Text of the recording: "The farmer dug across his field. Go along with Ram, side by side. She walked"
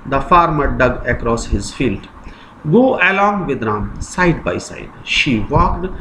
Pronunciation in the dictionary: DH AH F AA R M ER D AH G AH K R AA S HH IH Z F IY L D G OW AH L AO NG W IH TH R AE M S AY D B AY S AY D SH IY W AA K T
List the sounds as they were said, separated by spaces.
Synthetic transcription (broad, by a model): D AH F AA R M ER D AH G AH K R AA S HH IH Z F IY L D G OW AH L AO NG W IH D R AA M S AY D B AY S AY D SH IY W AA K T